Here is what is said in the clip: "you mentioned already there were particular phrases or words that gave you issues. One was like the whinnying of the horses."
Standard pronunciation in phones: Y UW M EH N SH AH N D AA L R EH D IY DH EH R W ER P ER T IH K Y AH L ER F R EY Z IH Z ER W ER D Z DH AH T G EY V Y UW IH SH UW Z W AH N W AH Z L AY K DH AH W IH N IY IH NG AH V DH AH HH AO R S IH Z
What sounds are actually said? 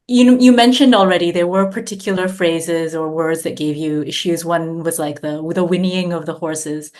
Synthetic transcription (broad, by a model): Y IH M EH N SH AH N D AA L R EH D IY DH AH R W ER P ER T IH K Y L ER F R EY Z IH Z ER W ER D Z DH AH T G EY V Y UW IH SH UW Z W AH N W AH Z L AY K DH AH W IH N IY IH NG AH V DH AH HH AO R S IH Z